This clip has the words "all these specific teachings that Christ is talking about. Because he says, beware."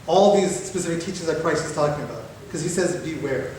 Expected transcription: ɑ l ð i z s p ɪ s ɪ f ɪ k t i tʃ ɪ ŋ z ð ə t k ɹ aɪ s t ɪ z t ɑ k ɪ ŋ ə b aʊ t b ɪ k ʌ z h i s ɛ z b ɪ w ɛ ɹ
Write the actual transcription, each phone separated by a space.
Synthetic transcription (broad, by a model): ɑ l ð i z s p ɪ s ɪ f ɪ k t i tʃ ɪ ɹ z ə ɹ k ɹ aɪ s ɪ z t ɑ k ɪ ŋ ə b aʊ t k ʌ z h i s ɛ z b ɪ w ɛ ɹ